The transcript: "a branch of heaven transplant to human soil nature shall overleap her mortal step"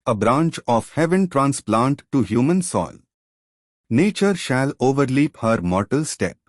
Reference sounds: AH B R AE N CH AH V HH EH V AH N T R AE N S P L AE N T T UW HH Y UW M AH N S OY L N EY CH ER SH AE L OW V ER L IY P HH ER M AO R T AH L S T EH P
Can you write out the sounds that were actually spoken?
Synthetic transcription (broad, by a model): AH B R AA N CH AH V HH EH V AH N T R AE N S P L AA N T T UW HH Y UW M AH N S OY L N EY CH ER SH AE L OW V ER L IY P HH ER M AO R T AH L S T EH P